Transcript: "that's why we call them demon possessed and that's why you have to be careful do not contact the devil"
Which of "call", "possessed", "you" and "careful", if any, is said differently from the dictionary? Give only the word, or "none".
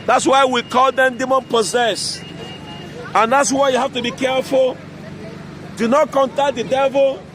possessed